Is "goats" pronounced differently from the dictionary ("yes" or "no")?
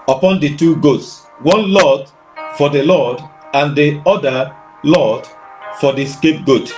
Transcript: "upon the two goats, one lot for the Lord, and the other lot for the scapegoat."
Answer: no